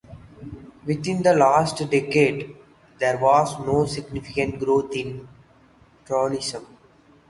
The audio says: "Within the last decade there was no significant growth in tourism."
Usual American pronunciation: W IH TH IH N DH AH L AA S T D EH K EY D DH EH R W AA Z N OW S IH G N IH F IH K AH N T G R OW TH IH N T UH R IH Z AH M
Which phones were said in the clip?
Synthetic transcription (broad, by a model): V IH T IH N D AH L AA S T D EH K EY D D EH R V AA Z N OW S IH G N IH F IH K AH N T G R OW T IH N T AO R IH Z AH M